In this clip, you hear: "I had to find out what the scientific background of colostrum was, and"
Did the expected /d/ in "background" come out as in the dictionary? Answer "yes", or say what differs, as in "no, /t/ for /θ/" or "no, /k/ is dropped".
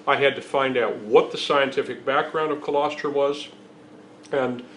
yes